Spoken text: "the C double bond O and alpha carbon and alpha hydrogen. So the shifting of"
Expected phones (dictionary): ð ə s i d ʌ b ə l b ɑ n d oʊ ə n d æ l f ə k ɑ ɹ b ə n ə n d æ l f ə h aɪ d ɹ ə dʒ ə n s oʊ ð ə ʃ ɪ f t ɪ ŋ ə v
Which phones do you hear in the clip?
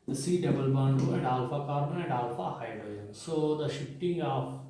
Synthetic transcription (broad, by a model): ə s i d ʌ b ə l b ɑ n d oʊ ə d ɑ l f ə k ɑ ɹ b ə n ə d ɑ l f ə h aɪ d ə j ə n s oʊ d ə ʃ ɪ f t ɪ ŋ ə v